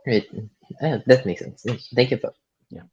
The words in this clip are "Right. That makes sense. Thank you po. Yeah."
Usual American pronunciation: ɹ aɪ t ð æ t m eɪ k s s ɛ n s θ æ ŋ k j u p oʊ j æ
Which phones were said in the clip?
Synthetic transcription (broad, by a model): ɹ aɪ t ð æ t m eɪ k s s ɛ n s θ æ ŋ k j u f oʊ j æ